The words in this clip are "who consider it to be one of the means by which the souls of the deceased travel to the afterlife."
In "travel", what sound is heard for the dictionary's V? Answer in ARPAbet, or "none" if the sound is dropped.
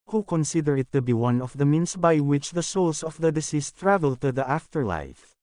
V